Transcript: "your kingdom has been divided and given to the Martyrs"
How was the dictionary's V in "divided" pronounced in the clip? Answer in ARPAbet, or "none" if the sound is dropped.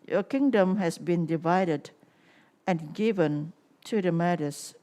V